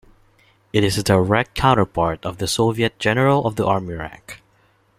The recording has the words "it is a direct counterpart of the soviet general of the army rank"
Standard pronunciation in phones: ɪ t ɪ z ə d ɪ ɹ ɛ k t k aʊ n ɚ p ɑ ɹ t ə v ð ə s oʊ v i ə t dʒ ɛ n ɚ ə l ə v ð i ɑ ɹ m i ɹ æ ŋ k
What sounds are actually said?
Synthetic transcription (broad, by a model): ɪ t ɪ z ə d ɪ ɹ ɛ k t k aʊ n ɚ p ɑ ɹ t ə v ð ə s oʊ v i ə t dʒ ɛ n ɚ ə l ə v ð i ɑ ɹ m i ɹ æ ŋ k